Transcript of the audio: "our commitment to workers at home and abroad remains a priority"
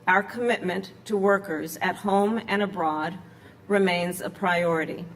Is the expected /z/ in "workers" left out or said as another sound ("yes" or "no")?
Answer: no